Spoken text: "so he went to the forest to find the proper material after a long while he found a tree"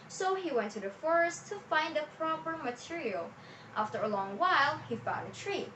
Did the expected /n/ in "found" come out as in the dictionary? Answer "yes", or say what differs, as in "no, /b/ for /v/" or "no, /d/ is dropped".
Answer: no, /n/ is dropped